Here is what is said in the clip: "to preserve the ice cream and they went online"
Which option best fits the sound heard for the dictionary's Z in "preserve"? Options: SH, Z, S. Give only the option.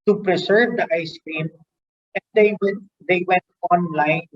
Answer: S